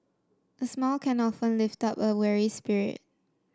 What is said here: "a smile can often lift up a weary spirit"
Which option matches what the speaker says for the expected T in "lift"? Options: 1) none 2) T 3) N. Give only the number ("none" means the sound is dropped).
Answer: 2